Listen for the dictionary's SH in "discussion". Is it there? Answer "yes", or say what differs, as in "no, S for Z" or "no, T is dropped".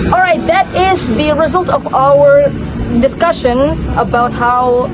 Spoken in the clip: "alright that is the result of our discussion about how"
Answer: yes